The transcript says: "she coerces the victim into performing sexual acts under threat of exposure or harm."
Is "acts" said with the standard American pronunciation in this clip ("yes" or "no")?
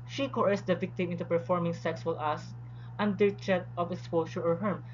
no